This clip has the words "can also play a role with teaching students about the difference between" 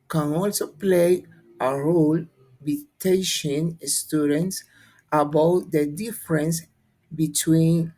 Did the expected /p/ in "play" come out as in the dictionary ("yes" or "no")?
yes